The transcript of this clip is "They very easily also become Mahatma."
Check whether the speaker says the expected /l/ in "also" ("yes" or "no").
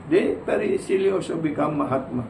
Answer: no